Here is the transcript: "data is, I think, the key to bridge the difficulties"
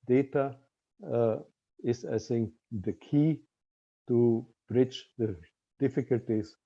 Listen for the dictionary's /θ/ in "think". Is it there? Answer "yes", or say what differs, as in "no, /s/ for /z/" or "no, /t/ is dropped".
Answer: no, /s/ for /θ/